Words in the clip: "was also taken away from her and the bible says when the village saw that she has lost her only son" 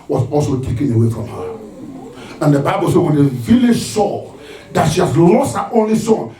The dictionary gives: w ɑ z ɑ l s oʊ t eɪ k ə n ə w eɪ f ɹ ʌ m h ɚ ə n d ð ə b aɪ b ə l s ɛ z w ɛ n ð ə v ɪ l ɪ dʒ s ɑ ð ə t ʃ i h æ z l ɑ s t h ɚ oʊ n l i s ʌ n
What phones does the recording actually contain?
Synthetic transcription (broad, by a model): w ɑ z ɑ l s oʊ t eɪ k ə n ə w eɪ f ɹ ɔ m h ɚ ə n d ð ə b aɪ b ə l s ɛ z w ɛ n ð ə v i l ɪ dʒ s ɑ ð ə t ʃ i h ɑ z l ɑ s t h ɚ oʊ n l i s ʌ n